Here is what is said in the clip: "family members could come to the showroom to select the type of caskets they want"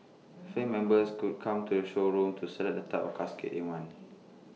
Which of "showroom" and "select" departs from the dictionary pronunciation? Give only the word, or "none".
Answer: select